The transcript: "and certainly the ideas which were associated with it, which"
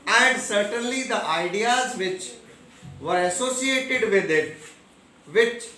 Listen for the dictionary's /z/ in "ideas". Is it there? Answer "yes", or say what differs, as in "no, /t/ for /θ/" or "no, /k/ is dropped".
yes